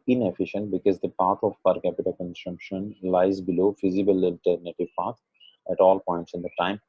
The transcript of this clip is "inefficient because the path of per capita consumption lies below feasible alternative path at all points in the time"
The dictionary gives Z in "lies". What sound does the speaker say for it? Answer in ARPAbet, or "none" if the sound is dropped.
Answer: Z